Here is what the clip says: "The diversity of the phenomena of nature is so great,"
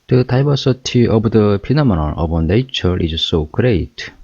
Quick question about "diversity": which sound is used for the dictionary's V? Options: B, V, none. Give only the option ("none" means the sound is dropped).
B